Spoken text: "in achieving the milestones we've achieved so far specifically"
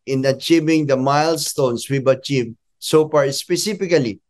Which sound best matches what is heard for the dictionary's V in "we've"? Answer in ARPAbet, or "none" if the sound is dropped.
B